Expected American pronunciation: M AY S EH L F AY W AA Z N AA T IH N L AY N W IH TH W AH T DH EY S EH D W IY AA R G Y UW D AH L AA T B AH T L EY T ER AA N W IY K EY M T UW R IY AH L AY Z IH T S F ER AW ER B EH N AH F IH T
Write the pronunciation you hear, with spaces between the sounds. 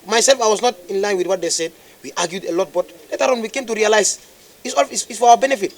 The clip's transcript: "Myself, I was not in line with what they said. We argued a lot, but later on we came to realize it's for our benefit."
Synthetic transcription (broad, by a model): M AY S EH L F AY W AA S N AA T IH N L AY N W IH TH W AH T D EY S EH D W IY AA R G Y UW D AH L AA T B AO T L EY T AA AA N W IY K EY M T UW R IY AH L AY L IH S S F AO AW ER B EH N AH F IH T